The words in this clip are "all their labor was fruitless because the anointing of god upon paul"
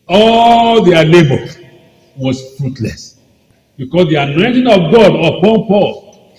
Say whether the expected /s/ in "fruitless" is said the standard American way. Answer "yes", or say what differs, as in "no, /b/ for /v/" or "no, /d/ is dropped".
yes